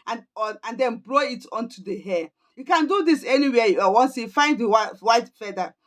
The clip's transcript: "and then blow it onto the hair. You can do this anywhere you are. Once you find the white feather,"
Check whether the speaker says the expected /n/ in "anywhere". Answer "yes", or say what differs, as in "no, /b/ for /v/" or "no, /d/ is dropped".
no, /l/ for /n/